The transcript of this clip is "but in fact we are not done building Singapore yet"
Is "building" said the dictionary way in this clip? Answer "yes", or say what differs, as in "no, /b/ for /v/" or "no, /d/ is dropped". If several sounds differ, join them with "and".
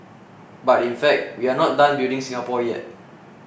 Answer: no, /l/ is dropped